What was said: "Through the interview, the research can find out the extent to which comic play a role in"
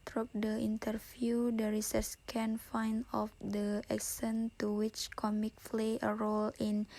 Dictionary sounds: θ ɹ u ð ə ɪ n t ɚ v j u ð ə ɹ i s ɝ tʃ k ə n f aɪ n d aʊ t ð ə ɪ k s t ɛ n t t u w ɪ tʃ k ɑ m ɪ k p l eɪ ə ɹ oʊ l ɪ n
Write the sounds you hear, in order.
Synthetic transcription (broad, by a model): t ɹ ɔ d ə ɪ n t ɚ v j u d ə ɹ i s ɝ s k ə n f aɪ n ɔ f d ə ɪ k s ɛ n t t u w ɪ tʃ k ɑ m ɪ k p l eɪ ə ɹ oʊ l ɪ n